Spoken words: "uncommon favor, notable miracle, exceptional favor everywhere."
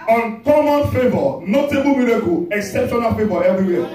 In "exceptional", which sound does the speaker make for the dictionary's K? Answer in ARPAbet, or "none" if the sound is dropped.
K